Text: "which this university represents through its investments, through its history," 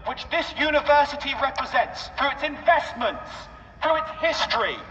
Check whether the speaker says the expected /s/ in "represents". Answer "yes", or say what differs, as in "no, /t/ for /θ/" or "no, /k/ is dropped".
yes